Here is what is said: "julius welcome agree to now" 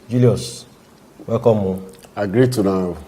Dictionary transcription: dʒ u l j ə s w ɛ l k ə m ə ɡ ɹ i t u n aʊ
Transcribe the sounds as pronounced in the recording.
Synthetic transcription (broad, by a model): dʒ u l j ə s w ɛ k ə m ə ɡ ɹ i t u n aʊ